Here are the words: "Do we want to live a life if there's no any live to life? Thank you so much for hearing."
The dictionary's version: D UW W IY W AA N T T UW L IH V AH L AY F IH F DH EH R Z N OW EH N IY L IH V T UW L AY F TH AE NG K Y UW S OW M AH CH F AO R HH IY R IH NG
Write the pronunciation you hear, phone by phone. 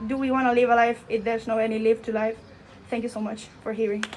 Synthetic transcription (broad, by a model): D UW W IY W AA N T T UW L IH V AH L AY F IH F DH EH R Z N OW EH N IY L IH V T UW L AY F T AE NG K Y UW S OW M AH CH F AO R HH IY R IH NG